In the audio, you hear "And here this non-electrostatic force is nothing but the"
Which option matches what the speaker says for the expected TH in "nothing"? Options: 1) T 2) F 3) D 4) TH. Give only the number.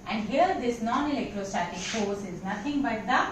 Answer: 1